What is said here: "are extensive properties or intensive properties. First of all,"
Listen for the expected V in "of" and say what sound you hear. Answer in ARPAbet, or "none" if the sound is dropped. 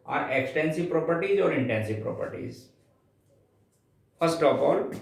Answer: P